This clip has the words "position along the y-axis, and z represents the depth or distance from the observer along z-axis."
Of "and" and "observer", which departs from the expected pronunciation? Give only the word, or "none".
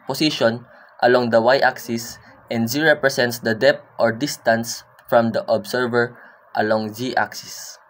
observer